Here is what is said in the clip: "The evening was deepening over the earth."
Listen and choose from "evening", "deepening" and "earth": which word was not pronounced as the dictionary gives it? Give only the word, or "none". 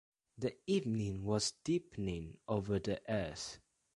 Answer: earth